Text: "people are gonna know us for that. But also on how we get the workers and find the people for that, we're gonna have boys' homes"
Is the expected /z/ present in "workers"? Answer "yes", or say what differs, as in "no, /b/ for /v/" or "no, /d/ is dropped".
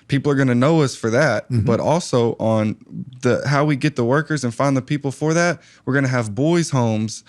yes